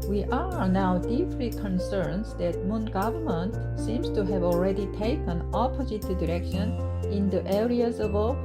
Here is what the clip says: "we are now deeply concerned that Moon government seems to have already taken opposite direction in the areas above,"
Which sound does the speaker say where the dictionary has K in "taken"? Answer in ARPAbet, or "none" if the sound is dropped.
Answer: K